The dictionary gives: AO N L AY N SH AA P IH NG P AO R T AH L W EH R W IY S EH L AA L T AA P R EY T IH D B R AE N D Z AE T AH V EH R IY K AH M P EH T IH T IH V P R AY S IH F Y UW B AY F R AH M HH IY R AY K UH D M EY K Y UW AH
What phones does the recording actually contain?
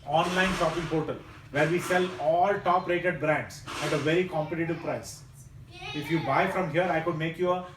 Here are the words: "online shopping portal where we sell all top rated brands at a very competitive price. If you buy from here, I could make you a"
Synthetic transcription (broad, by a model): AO N L AY N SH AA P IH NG P AO R T AH L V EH R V IY S EH L AA L T AA P R EY T IH D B R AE N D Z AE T AH V EH R IY K AH M P EH T IH T IH V P R AY S IH F Y UW B AY F R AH M HH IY R AY K UH D M EY K Y UW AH